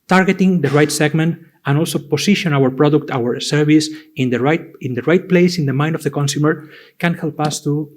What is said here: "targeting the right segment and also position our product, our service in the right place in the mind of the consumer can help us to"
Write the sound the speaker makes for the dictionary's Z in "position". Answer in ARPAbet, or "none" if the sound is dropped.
S